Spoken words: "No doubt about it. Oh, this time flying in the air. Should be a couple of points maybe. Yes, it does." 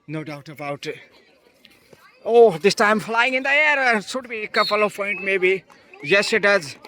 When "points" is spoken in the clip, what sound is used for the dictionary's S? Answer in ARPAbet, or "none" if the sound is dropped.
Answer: none